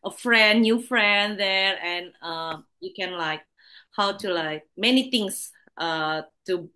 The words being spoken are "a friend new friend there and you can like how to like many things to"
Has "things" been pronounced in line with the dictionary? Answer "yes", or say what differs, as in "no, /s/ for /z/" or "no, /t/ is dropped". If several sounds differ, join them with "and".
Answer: no, /t/ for /θ/ and /s/ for /z/